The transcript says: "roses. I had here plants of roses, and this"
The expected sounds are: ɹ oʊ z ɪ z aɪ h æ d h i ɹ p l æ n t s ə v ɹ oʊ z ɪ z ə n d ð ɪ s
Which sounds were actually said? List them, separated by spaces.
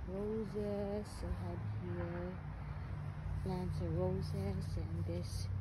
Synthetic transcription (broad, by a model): ɹ oʊ z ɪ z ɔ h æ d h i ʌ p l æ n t ə ɹ oʊ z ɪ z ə n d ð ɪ s